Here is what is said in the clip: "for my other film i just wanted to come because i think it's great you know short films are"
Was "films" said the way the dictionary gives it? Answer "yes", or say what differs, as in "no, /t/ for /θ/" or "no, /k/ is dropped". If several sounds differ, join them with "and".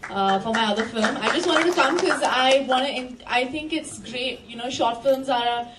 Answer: yes